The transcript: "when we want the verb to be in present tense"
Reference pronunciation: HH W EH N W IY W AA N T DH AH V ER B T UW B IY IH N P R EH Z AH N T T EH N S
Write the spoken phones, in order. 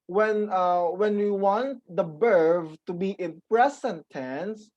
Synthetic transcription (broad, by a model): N W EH N W IY W AA N T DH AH B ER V T UW B IY IH N P R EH S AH N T T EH N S